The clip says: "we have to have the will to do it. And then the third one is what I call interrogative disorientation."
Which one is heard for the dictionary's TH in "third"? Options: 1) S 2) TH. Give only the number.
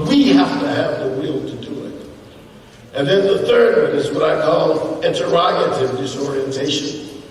2